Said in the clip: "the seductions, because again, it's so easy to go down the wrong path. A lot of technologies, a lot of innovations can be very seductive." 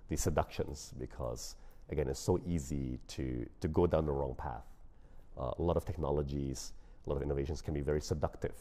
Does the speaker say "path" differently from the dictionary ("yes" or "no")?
no